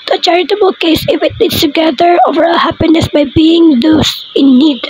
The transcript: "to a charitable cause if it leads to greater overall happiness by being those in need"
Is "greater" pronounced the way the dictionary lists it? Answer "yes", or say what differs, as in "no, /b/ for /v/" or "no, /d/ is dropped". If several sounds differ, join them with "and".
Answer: no, /ɹ/ is dropped